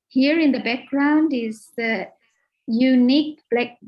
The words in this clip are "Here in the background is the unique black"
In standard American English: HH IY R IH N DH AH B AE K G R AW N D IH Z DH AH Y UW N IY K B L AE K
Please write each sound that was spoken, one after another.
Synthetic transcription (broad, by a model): HH IY R IH N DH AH B AE K G R AW N D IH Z DH AH Y UW N IY K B L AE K